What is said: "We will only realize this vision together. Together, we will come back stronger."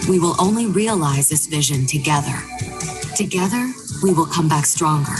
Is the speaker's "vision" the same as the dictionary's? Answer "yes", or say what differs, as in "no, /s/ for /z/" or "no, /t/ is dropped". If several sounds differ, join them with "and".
yes